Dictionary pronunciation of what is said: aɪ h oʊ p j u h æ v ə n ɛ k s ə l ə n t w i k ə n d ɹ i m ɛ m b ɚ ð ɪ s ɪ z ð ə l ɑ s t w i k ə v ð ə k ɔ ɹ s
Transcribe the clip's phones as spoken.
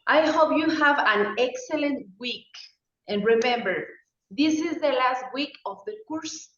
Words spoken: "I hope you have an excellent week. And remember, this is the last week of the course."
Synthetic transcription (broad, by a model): aɪ h oʊ p j u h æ v ə n ɛ k s ə l ə n t w i k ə n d ɹ i m ɛ m b ɚ ð ɪ s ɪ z ð ə l ɑ s t w i k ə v ð ə k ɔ ɹ s